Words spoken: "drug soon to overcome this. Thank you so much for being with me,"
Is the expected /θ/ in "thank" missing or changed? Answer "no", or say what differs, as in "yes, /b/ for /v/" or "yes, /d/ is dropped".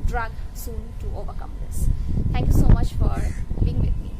yes, /t/ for /θ/